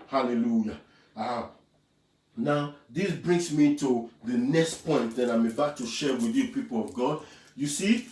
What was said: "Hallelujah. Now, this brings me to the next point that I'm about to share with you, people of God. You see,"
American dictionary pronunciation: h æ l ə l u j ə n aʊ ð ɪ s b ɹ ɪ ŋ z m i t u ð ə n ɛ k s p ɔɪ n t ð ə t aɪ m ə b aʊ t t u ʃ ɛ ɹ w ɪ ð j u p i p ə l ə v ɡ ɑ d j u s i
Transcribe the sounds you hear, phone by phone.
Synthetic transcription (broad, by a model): h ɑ l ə l u j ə n aʊ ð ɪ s b ɹ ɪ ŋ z m i t u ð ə n ɛ k s p ɔɪ n t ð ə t aɪ m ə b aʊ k t u ʃ ɛ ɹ w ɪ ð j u p i p ə l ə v ɡ ɑ d j u s i